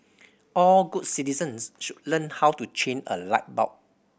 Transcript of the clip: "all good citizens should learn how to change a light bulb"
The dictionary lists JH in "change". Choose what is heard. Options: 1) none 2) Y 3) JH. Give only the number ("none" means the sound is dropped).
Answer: 1